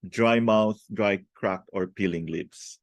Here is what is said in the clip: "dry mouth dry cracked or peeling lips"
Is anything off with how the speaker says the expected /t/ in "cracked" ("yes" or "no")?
yes